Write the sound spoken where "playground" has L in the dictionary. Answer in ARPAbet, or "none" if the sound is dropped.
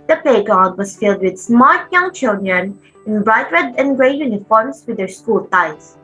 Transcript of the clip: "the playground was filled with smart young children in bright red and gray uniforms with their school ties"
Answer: none